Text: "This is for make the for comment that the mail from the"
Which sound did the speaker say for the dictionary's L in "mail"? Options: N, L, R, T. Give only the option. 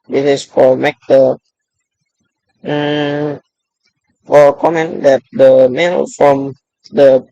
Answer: N